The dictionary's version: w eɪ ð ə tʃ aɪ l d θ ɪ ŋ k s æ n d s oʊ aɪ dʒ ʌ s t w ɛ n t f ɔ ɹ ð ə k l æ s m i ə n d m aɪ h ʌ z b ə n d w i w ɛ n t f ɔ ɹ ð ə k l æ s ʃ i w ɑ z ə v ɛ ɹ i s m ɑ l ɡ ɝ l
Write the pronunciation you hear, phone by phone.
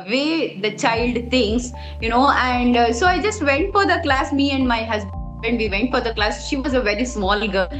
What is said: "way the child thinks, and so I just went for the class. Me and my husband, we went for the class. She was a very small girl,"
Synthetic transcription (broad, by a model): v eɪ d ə tʃ aɪ l d t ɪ ŋ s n æ n d s oʊ aɪ dʒ ʌ s t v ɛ n t f ɔ ɹ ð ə k l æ s m i ə n d m aɪ h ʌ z b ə n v i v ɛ n t f ɔ ɹ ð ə k l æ s ʃ i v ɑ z ə v ɛ ɹ i s m ɑ l ɡ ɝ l